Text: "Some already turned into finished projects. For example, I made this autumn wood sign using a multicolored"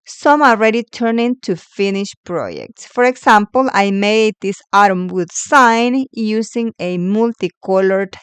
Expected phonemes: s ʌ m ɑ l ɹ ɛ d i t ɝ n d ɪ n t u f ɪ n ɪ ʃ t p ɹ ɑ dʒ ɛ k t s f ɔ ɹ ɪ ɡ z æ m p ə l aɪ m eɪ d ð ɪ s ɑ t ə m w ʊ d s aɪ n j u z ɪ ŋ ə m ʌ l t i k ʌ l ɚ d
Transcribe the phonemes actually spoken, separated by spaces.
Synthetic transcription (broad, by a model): s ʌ m ɑ l ɹ ɛ d i t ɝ n ɪ n t u f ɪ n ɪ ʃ p ɹ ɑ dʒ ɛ k t s f ɔ ɹ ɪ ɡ s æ m p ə l aɪ m eɪ d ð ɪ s ɑ t ə m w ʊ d s aɪ n j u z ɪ ŋ ə m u l t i k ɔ l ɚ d